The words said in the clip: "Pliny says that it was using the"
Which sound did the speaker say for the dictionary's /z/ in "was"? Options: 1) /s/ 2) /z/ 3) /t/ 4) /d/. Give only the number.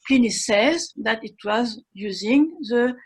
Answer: 2